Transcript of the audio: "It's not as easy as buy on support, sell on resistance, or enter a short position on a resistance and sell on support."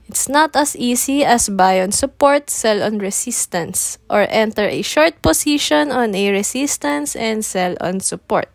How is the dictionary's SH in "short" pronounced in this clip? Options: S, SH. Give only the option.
SH